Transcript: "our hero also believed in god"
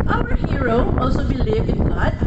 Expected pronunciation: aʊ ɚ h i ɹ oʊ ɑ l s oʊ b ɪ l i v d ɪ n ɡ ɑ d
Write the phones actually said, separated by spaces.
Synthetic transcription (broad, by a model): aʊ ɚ h i ɹ oʊ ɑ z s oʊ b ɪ l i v ɪ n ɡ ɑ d